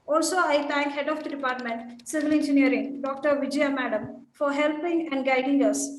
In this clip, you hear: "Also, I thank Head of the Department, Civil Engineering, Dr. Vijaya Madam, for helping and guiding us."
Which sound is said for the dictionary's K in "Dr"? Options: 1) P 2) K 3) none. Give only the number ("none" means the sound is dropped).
2